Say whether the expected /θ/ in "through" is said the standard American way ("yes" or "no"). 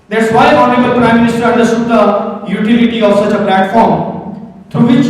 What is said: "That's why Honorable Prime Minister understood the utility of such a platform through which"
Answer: no